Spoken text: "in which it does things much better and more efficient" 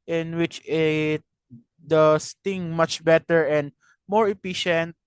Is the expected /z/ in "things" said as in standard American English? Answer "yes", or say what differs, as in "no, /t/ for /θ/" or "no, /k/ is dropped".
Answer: no, /z/ is dropped